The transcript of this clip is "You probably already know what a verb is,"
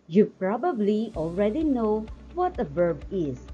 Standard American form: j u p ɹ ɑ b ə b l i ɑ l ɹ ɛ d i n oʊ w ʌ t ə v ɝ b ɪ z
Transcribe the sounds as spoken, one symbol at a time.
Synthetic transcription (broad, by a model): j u p ɹ ɑ b ə b l i ɑ l ɹ ɛ d i n oʊ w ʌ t ə v ɝ b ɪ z